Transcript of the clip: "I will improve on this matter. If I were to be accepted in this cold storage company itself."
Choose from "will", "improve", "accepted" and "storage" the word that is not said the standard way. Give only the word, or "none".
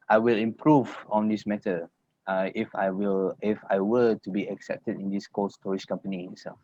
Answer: storage